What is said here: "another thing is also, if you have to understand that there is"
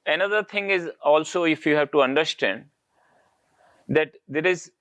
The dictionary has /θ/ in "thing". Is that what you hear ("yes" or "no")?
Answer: no